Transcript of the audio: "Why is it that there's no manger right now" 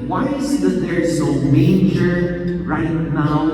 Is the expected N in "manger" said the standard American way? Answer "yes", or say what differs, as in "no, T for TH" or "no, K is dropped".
no, N is dropped